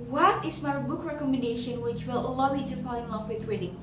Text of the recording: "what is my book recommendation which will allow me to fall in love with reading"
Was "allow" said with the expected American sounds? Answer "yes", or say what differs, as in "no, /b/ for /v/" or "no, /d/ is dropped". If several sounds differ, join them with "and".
yes